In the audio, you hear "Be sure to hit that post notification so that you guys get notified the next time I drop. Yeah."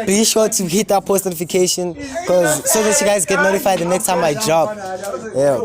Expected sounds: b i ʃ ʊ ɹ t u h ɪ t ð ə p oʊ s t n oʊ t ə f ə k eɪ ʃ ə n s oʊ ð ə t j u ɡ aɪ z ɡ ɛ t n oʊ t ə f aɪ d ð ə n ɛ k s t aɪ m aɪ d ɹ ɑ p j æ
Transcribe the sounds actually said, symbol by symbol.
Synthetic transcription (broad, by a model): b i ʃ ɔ t u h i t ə p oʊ s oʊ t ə f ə k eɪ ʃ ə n s oʊ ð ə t j u ɡ aɪ z ɡ ɛ t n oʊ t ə f aɪ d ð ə n ɛ k s t aɪ m aɪ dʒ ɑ b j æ